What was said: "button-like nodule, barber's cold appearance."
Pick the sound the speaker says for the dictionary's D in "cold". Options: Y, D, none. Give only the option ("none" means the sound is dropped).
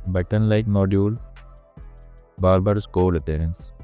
none